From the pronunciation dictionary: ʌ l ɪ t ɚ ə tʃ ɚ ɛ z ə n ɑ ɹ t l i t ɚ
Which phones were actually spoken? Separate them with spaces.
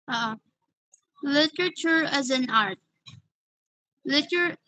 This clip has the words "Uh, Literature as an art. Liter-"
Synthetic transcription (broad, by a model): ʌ l ɪ t ɚ ə tʃ ɚ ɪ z ə n ɑ ɹ t l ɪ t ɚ